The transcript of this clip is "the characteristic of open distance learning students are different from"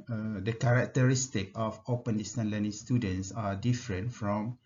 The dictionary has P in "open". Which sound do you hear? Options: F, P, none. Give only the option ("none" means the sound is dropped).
P